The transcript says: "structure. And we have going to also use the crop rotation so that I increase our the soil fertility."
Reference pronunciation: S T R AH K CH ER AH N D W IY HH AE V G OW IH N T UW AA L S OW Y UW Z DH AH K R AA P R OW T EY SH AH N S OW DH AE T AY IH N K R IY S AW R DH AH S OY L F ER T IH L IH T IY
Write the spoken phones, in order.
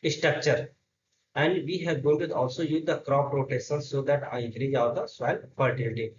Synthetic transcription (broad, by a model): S T R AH K CH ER AH N D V IY HH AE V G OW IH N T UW AA L S OW Y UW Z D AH K R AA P R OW T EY S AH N S OW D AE T AY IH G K R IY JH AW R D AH S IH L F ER T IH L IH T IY